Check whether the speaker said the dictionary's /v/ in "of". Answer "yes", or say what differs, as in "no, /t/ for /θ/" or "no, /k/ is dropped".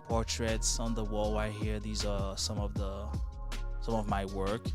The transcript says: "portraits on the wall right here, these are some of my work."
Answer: yes